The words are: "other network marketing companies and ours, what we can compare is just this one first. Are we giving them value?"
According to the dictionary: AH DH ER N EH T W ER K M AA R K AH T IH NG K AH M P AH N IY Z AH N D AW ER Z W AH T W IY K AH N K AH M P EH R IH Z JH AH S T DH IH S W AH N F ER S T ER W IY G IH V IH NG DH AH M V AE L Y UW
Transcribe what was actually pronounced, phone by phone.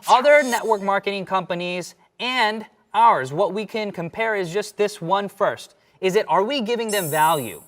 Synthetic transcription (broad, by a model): AH DH ER N EH T W ER K M AA R K AH T IH NG K AH M P AH N IY Z AH N D AW ER Z W AH T W IY K AH N K AH M P EH R IH Z JH AH S T DH IH S W AH N F ER S T ER W IY G IH V IH NG DH AH M V AE L Y UW